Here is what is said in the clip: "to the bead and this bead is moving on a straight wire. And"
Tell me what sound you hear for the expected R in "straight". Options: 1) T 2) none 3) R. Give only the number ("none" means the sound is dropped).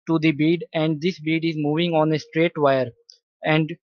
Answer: 3